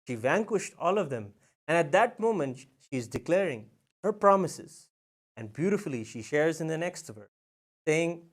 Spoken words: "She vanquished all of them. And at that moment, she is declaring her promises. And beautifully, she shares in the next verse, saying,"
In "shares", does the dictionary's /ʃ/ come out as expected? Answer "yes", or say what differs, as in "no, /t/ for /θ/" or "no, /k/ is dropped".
yes